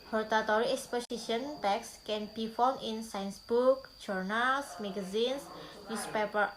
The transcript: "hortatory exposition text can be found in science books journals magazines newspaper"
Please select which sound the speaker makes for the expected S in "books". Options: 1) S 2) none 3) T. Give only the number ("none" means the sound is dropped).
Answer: 2